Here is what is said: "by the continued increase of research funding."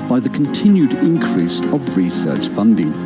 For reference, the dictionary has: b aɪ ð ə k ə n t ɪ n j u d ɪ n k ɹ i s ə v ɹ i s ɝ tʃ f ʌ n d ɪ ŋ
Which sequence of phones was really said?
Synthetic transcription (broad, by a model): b aɪ ð ə k ə n t ɪ n j u d ɪ n k ɹ i s ə v ɹ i s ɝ tʃ f ʌ n d ɪ ŋ